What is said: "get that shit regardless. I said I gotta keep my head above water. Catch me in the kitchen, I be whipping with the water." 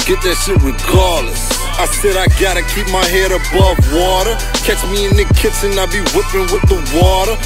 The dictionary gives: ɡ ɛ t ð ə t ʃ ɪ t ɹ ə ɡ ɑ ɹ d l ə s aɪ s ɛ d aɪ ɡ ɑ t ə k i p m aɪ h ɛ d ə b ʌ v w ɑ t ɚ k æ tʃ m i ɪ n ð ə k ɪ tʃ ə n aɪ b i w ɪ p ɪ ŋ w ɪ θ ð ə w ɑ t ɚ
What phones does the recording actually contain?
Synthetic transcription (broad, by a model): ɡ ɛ t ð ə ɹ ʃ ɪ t w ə ɡ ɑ ɹ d l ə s aɪ s ɛ d aɪ ɡ ɑ t ə k i p m aɪ h ɛ d ə b ʌ v w ɑ t ɚ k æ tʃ m i ɪ n ð ə k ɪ s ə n aɪ b i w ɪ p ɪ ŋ w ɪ ð ə w ɑ t ɚ